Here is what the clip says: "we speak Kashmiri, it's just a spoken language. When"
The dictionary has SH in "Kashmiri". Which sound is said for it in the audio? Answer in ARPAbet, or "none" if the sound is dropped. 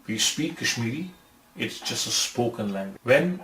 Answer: SH